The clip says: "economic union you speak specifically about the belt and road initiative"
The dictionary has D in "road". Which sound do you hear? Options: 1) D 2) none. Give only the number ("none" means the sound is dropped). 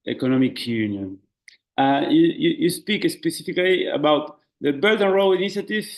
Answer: 2